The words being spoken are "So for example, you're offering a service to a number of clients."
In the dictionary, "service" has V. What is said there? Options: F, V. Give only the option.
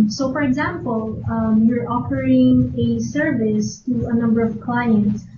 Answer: V